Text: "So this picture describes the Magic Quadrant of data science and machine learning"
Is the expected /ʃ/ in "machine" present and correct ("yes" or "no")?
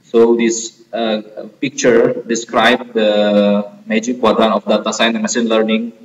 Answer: no